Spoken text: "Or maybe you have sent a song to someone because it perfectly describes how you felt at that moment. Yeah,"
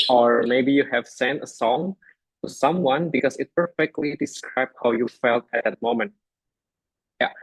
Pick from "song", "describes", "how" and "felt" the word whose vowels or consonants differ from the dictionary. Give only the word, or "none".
describes